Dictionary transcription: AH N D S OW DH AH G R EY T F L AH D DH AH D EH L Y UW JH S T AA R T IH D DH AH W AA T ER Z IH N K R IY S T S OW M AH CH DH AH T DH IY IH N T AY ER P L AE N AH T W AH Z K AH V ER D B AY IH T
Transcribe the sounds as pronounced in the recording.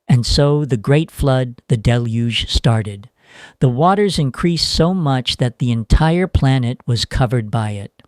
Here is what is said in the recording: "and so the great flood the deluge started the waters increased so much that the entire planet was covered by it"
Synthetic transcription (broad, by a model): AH N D S OW DH AH G R EY T F L AH D DH AH D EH L Y UW ZH S T AA R T IH D DH AH W AA T ER Z IH N K R IY S T S OW M AH CH DH AH T DH IY IH N T AY ER P L AE N AH T W AH Z K AH V ER D B AY IH T